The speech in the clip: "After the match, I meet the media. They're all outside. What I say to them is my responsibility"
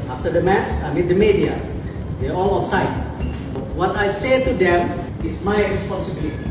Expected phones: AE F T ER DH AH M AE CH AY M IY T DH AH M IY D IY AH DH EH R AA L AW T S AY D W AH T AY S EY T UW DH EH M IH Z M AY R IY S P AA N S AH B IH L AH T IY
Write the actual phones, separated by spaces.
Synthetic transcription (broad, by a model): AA F T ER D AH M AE S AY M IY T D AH M IY D IY AH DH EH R AA L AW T S AY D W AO T AY S EY T UW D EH M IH S M AY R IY S P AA N S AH B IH L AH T IY